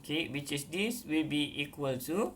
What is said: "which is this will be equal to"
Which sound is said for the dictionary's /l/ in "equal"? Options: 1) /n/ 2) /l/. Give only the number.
2